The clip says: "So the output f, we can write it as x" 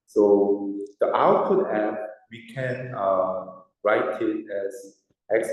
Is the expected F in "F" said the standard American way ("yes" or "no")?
no